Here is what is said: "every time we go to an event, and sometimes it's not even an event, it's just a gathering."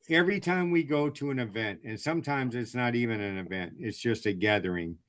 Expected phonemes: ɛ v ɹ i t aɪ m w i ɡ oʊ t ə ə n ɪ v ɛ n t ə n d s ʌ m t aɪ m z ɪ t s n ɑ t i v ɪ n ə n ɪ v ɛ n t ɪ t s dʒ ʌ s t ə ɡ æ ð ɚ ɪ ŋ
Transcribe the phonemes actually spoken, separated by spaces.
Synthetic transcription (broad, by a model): ɛ v ɹ i t aɪ m w i ɡ oʊ t ə ə n ɪ v ɛ n t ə n s ʌ m t aɪ m z ɪ t s n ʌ t i v ɪ n ə n ɪ v ɛ n t ɪ t s dʒ ʌ s t ə ɡ æ ð ɚ ɪ ŋ